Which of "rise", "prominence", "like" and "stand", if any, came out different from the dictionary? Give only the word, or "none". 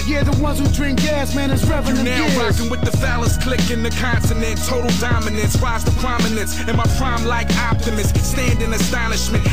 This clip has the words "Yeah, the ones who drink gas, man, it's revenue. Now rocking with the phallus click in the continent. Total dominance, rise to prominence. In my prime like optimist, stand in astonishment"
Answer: rise